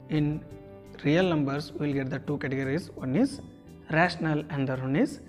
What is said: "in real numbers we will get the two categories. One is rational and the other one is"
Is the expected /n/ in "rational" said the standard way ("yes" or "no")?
yes